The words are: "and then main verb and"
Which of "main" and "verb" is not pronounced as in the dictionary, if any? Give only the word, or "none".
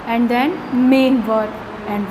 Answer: verb